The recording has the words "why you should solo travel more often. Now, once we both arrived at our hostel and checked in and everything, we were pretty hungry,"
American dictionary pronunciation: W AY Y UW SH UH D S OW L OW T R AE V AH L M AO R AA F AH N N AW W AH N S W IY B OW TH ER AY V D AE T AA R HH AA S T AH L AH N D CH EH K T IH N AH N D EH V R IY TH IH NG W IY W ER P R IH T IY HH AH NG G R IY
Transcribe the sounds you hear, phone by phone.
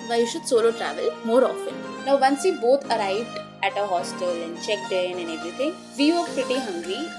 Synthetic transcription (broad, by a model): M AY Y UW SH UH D S OW L OW T R AE V AH L M AO R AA F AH N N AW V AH N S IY B OW T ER AY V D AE T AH HH AA S T AH L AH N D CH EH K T IH N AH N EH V R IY T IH NG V IY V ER P R IH T IY HH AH NG G R IY